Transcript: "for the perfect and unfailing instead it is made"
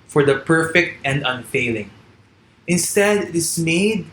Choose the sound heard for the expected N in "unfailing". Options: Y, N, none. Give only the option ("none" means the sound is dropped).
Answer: N